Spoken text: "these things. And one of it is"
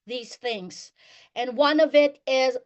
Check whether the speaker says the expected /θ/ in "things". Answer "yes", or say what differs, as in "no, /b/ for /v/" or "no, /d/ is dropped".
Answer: yes